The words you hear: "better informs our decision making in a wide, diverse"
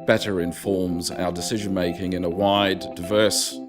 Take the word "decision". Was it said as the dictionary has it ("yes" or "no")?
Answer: yes